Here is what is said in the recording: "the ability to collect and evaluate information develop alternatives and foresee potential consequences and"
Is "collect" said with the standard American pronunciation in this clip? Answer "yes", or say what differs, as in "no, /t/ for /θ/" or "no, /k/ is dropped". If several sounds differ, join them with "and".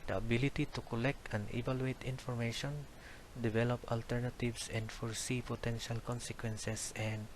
yes